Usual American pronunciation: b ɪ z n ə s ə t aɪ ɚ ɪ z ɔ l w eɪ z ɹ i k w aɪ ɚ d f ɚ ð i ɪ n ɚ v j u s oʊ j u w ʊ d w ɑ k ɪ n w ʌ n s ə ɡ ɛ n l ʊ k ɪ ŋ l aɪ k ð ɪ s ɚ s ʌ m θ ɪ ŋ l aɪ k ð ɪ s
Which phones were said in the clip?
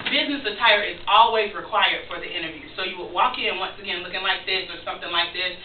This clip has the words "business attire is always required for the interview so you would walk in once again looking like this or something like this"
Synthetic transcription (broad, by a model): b ɪ z n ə s ə t aɪ ɚ ɪ z ɔ l w eɪ z ɹ i k w aɪ ɚ d f ɚ ð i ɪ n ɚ v j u s oʊ j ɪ w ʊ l w ɑ k ɪ n w ʌ n s ə ɡ ɛ n l ʊ k ɪ ŋ l aɪ k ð ɪ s ɚ s ʌ m θ ɪ ŋ l aɪ k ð ɪ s